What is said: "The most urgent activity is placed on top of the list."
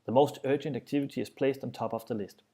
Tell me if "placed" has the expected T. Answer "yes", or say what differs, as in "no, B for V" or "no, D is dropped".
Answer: yes